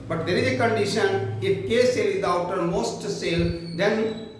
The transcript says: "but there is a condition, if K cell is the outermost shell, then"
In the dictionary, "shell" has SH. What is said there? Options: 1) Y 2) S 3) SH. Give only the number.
2